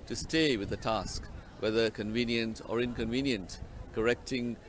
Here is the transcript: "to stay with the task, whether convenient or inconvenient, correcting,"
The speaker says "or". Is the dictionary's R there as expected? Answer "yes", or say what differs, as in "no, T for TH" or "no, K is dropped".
yes